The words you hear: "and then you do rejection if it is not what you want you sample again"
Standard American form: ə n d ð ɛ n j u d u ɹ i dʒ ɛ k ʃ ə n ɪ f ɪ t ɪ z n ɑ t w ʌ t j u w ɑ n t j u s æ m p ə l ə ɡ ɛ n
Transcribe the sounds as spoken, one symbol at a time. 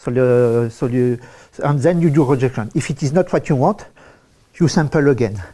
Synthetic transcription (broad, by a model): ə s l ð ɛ n j u d u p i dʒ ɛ k ʃ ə n ɪ f ɪ t ɪ z n ɑ t w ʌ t j u w ɑ t j u s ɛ m p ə l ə ɡ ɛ n